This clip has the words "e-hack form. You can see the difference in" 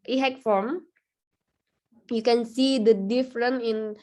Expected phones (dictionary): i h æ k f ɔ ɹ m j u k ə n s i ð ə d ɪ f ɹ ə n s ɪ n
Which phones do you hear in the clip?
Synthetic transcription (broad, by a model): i h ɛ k f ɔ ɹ m j u k ə n s i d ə d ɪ f ɹ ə n ɪ n